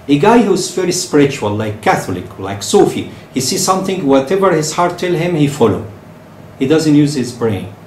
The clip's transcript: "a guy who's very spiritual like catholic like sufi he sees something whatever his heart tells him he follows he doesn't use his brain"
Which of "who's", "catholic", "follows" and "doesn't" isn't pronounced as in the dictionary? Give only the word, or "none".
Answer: follows